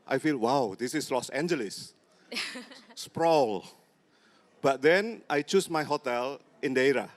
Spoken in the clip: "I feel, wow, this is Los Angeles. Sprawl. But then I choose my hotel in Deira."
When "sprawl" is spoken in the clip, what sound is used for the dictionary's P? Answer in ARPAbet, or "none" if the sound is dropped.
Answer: P